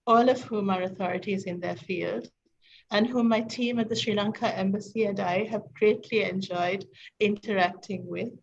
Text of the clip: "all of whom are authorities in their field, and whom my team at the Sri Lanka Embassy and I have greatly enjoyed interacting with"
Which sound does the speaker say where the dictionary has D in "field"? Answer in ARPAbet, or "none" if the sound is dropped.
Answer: D